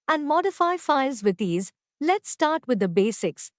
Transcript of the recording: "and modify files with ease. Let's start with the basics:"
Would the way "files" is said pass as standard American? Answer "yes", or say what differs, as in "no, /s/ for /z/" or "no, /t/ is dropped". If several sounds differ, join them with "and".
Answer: yes